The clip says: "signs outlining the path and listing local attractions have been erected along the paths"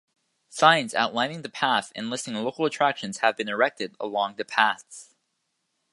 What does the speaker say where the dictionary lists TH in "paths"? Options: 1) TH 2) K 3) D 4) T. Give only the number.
1